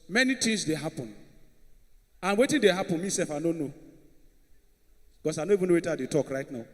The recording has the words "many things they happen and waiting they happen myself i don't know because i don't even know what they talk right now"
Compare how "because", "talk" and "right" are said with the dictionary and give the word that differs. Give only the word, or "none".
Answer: because